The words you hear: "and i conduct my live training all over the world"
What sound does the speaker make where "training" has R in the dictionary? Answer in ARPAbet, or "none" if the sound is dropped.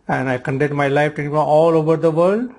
none